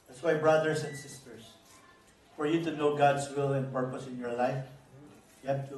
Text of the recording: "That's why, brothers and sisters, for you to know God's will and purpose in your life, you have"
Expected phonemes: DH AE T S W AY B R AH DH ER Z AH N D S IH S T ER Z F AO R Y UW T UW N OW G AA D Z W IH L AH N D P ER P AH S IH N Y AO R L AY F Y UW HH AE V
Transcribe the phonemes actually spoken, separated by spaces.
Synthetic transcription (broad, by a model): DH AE T S W AY B R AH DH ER S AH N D S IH S T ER S F AO R Y UW T UW N OW G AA D S W IH L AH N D P ER P AH S IH N Y AO R L AY F Y UW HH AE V